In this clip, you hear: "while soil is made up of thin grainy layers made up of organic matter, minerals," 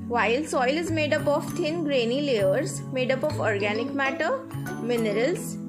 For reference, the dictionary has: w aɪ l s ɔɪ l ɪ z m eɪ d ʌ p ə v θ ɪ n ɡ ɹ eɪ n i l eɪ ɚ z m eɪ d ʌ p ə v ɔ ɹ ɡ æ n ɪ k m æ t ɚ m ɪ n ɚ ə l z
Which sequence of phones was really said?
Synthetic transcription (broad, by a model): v aɪ l s ɔɪ l ɪ z m eɪ d ʌ p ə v t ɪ n ɡ ɹ eɪ n i l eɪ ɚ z m eɪ d ʌ p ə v ɔ ɹ ɡ æ n ɪ k m æ t ɚ m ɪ n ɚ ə l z